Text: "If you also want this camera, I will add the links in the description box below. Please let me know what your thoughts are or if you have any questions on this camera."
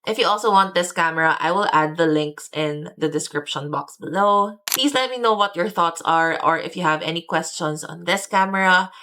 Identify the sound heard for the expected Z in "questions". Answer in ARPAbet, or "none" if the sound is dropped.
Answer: S